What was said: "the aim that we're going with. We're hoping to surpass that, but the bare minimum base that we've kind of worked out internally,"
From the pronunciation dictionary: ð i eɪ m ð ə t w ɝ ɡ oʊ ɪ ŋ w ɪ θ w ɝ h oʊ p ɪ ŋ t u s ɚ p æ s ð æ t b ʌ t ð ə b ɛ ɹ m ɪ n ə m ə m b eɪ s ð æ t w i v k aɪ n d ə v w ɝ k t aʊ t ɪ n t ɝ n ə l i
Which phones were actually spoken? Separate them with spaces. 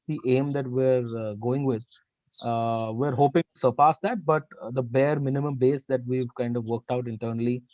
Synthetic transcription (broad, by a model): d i eɪ m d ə t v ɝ ɡ oʊ ɪ ŋ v ɪ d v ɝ h oʊ p ɪ ŋ t u s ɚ p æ s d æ t b ʌ t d ə b ɛ ɹ m ɪ n ə m ə m b eɪ s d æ t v i v k aɪ n d ə v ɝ k t aʊ t ɪ n t ɝ n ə l i